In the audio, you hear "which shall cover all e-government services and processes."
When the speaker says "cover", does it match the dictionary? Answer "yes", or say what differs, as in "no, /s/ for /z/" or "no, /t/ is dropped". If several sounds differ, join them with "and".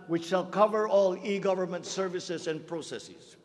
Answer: yes